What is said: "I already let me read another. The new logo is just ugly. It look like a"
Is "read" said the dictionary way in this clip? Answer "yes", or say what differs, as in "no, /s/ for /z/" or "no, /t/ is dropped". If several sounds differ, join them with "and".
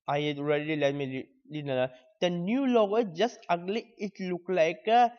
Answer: no, /l/ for /ɹ/